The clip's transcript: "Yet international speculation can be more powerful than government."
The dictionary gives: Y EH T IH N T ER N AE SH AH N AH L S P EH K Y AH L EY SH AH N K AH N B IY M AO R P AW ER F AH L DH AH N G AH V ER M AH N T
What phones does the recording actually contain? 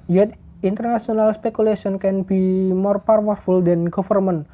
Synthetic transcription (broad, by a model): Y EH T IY N T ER N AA S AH N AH L S P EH K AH L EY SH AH N K AH N B IY M AO R P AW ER F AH L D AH N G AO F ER M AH N